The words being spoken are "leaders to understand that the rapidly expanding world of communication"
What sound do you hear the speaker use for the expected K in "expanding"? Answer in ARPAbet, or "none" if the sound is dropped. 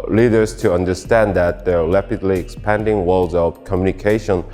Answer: K